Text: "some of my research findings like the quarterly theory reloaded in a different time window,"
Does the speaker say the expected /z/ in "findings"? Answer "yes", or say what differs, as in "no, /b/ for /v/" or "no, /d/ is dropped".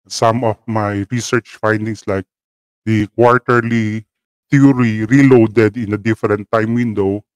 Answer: no, /s/ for /z/